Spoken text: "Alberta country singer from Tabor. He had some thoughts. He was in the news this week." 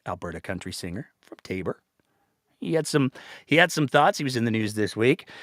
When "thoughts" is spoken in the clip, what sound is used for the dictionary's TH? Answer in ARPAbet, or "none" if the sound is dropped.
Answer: TH